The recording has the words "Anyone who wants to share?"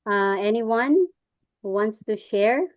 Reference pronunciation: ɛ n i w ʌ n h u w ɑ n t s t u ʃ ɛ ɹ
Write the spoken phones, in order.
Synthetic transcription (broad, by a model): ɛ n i w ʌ n h u w ɑ n t s t u ʃ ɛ ɹ